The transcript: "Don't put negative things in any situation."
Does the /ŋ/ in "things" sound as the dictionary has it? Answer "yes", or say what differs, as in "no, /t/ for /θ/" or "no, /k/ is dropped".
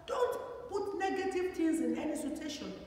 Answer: no, /ŋ/ is dropped